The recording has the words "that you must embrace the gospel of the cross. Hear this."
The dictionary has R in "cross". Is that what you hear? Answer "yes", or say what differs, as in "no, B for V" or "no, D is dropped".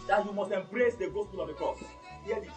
no, R is dropped